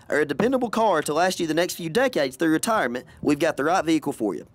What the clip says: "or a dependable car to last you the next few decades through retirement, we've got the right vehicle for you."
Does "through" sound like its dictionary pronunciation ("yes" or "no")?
yes